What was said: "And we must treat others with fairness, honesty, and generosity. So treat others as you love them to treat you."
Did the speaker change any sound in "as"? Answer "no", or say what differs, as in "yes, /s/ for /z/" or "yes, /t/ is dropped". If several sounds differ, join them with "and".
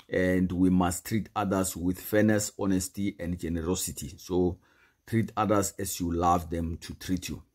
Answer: yes, /s/ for /z/